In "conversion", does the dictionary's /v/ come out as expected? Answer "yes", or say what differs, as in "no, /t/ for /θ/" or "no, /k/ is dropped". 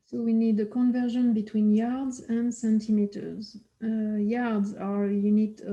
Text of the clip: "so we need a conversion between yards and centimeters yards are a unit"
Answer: yes